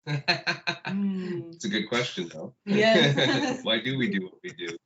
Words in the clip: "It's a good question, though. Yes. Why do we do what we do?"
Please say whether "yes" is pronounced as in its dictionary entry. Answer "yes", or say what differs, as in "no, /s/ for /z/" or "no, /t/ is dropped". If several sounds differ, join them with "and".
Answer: no, /s/ is dropped